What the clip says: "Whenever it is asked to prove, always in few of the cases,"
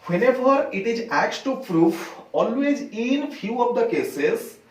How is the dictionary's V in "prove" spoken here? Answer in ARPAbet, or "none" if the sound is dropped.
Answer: F